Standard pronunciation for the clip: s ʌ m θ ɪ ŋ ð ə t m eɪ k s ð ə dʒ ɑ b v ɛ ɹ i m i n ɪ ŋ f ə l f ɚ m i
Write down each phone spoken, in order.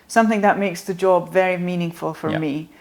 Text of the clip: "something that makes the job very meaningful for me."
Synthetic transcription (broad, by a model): s ʌ m θ ɪ ŋ ð ə t m eɪ k s ð ə dʒ ɑ b v ɛ ɹ i m i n ɪ ŋ f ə l f ɚ m i